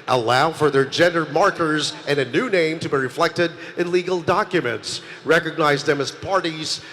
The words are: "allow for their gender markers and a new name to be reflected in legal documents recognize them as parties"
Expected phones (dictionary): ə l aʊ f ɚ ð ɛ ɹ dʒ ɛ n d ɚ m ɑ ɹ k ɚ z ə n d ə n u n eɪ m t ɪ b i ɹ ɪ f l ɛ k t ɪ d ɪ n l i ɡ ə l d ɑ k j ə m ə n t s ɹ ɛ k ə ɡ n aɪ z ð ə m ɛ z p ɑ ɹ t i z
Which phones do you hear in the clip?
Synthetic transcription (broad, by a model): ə l aʊ f ɚ ð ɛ ɹ dʒ ɛ n d ɚ m ɑ ɹ k ɚ z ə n ə n u n eɪ m t ɪ b i ɹ ɪ f l ɛ k t ɪ d ɪ n l i ɡ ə l d ɑ k j ə m ə n t s ɹ ɛ k ə ɡ n aɪ z ð ə m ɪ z p ɑ ɹ t i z